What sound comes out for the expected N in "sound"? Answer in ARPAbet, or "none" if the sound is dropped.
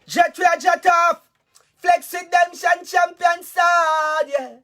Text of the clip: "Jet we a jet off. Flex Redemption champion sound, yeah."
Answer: none